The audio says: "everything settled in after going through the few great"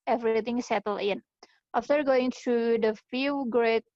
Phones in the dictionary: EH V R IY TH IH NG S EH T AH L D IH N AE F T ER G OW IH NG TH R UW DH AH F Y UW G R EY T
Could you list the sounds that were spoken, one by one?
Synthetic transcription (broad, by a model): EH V R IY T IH NG S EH T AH L IH N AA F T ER G OW IH NG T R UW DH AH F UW G R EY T